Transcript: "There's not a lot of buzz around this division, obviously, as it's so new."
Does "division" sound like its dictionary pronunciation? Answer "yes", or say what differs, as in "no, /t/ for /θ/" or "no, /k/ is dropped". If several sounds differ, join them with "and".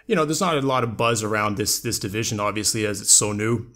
yes